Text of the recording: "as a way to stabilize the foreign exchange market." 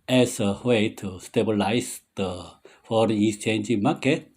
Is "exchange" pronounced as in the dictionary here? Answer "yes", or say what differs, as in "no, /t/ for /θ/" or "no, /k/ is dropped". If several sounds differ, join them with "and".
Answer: no, /k/ is dropped